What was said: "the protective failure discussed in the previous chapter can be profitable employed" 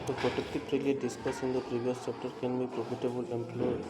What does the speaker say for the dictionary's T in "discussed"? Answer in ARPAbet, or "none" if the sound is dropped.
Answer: none